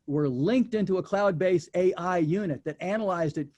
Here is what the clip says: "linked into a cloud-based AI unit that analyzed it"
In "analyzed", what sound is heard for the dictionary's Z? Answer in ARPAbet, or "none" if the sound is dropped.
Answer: Z